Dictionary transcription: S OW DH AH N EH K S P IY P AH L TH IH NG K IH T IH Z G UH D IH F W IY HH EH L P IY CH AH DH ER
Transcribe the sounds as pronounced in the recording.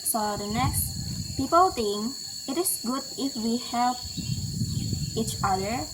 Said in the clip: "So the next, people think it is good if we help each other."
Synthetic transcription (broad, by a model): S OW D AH N EH K S P IY P AH L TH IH NG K IH T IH S G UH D IH F W IY HH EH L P IY CH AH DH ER